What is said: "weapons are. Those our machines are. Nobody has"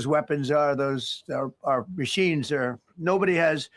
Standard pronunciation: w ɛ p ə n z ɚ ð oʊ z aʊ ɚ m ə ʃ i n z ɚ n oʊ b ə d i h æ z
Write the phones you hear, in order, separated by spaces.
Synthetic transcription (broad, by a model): w ɛ p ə n z ɚ ð oʊ z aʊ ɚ m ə ʃ i n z ɚ n oʊ b ə d i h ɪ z